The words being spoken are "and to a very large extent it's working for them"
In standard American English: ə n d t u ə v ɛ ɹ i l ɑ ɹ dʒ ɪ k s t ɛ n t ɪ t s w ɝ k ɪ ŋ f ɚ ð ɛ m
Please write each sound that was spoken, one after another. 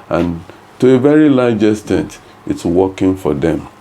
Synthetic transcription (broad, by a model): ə n t u ə v ɛ ɹ i l ɑ dʒ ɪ s t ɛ n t ɪ t s w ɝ k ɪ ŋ f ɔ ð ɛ m